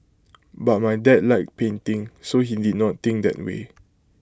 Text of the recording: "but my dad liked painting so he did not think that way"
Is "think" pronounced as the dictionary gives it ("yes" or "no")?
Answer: no